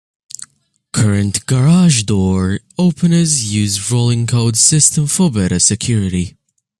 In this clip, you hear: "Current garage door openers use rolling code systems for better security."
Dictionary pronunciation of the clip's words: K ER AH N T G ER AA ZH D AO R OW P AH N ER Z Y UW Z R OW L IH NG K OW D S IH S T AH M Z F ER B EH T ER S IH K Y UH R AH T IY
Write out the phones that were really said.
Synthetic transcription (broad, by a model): K ER AH N T G ER AA ZH D AO R OW P AH N ER Z Y UW Z R OW L IH NG K OW D S IH S T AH M F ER B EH T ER S IH K Y UH R AH T IY